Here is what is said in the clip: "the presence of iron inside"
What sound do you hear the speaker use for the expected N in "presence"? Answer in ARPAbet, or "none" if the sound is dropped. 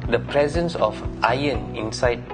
N